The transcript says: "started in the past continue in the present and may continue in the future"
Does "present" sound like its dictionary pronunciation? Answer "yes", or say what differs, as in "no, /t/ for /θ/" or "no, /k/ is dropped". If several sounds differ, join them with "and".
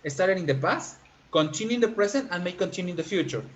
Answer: no, /s/ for /z/